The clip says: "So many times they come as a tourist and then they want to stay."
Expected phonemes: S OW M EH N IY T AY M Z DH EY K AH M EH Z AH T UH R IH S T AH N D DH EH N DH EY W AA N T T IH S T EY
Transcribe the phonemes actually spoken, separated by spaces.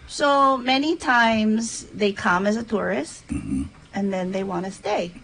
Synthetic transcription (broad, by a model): S OW M EH N IY T AY M Z DH EY K AH M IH Z AH T UH R IH S T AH N DH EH N DH EY W AA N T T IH S T EY